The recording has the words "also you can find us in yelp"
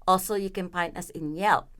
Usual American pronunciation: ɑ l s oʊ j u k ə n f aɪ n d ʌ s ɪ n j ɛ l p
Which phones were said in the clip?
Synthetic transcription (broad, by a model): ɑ l s oʊ j u k ə n p aɪ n ʌ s ɪ n j ɛ l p